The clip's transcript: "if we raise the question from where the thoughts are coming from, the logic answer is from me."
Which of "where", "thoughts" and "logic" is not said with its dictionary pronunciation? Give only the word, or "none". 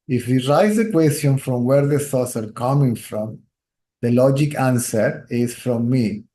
none